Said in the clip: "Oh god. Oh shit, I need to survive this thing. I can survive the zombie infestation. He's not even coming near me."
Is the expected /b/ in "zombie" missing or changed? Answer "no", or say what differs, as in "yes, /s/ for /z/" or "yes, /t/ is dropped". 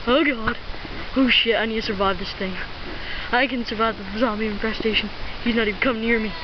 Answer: yes, /b/ is dropped